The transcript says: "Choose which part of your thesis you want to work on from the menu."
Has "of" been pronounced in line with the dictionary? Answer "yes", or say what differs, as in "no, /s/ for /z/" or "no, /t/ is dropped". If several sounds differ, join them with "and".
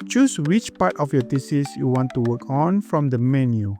no, /f/ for /v/